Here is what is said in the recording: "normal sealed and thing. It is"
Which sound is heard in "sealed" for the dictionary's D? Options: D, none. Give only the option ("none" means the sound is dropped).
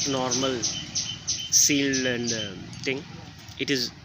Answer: none